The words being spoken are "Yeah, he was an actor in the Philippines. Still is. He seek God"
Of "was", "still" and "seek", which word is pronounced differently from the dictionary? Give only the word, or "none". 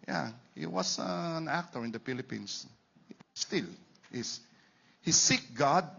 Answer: was